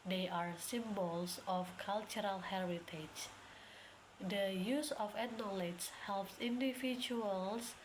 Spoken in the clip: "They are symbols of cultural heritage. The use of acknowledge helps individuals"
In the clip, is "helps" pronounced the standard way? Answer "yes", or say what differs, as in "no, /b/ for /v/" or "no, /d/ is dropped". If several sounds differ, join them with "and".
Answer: yes